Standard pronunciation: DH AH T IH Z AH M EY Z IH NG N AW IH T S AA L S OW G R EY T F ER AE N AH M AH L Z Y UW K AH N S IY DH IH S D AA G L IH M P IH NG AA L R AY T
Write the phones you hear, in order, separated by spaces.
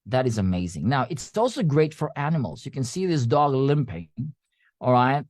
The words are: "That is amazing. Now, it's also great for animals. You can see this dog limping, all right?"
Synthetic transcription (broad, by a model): DH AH T IH Z AH M EY Z IH NG N AW IH T S AA L S OW G R EY T F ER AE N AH M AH L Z Y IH K AH N S IY DH IH S D AA G L IH M P IH NG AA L R AY T